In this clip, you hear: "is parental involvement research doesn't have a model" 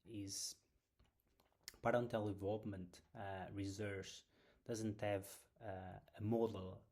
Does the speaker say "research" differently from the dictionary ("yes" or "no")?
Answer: yes